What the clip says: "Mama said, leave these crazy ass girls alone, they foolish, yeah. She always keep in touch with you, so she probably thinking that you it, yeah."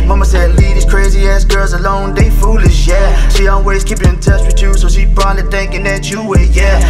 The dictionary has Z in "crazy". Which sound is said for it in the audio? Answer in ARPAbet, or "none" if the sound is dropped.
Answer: Z